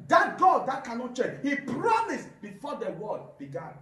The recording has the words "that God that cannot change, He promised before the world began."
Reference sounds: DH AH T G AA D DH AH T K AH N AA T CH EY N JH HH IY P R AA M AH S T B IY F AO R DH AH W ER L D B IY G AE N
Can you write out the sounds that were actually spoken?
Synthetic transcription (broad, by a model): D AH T G AA D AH T K AH N AA T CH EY JH HH IY P R AA M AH S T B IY F AO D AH W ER D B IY G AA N